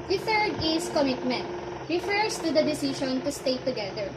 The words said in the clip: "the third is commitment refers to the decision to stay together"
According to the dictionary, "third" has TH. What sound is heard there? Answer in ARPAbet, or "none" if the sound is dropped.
F